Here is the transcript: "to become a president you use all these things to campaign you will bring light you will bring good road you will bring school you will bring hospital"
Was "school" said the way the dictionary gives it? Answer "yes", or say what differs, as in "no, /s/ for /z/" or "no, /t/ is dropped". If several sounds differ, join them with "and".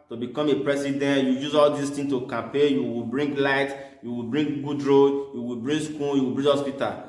no, /n/ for /l/